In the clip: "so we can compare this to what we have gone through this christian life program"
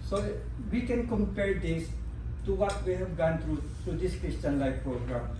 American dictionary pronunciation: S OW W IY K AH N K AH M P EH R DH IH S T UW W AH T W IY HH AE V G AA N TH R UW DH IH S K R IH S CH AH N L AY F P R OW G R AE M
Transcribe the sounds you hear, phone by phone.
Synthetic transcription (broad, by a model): S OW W IY K AH N K AH M P EH R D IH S T UW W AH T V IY HH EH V G AA N T R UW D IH S K R IH S CH AH N L AY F P R OW G R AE M